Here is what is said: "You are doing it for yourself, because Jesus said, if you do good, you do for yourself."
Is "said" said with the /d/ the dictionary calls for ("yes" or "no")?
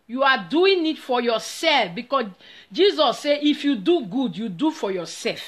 no